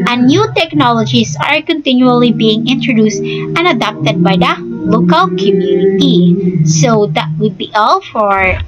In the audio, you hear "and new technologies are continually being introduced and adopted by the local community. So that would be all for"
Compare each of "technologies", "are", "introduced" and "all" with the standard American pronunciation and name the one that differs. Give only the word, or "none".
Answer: technologies